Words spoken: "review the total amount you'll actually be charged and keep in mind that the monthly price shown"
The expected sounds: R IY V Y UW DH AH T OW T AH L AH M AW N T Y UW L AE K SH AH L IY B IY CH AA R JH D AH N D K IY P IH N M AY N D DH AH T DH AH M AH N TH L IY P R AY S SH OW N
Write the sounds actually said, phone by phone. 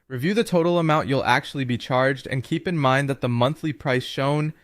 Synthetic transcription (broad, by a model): R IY V Y UW DH AH T OW T L AH M AW N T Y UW L AE K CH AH L IY B IY CH AA R JH D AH N K IY P IH N M AY N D DH AH T DH AH M AH N TH L IY P R AY S SH OW N